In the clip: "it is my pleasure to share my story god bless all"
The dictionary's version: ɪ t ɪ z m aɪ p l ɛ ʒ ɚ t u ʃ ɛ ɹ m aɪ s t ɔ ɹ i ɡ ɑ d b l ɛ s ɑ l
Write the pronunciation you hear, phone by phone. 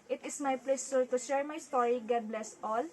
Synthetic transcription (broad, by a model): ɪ t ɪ s m aɪ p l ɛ s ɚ t u ʃ ɛ ɹ m aɪ s t ɔ ɹ i ɡ ɑ d b l ɛ s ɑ l